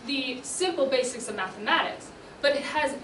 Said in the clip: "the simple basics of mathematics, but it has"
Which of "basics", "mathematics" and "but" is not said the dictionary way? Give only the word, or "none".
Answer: none